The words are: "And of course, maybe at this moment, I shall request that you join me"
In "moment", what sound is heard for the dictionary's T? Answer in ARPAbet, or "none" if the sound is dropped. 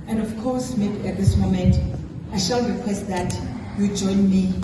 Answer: T